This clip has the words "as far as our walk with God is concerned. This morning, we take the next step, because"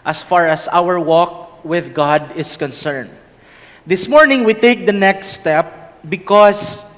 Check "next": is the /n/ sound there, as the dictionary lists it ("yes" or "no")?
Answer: yes